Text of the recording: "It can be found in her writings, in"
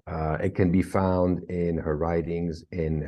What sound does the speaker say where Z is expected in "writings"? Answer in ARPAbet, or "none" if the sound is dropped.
Z